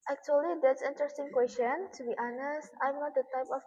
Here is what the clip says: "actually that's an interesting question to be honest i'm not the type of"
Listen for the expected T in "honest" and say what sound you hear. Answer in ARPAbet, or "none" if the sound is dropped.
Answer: T